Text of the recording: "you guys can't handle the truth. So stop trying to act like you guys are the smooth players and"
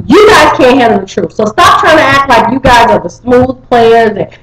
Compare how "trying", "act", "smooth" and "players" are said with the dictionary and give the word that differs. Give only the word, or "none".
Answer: none